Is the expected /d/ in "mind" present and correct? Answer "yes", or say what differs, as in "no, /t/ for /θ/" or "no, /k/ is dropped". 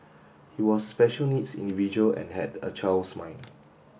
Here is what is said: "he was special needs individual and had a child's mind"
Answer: no, /d/ is dropped